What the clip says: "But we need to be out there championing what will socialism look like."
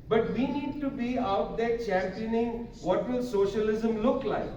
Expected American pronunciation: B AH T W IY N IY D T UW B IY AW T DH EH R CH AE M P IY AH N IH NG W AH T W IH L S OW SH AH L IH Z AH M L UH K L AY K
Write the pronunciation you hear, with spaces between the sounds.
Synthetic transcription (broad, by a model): B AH T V IY N IY D T UW B IY AW T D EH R CH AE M P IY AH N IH NG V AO T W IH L S OW SH AH L IH Z AH M L UH K L AY K